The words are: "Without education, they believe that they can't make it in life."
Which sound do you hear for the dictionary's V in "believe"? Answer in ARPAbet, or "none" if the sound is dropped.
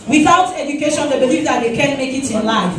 F